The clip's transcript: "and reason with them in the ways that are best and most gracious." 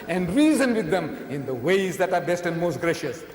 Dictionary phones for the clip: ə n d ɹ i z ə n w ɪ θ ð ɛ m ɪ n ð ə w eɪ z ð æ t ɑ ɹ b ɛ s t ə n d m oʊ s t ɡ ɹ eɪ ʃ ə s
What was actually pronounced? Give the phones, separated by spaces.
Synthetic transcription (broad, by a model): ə n d ɹ i z ə n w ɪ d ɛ m ɪ n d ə w eɪ z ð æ t ɑ ɹ b ɛ s t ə n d m oʊ s t ɡ ɹ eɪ ʃ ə s